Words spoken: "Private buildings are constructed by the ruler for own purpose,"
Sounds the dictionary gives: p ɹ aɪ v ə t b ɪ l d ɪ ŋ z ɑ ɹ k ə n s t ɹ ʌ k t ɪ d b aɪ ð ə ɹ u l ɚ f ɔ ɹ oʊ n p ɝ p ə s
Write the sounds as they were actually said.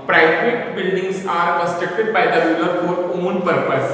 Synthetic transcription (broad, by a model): p ɹ aɪ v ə t b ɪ l d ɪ ŋ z ɑ ɹ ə s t ɛ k t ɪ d b aɪ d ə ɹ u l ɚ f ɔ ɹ oʊ n p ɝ p ə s